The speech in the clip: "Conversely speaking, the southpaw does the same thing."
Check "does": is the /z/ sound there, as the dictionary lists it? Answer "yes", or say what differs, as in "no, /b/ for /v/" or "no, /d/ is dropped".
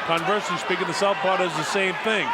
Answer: yes